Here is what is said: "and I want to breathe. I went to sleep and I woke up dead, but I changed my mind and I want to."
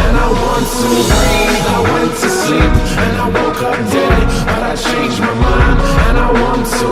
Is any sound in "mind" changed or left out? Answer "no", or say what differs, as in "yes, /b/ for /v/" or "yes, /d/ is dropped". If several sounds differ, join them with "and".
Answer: yes, /d/ is dropped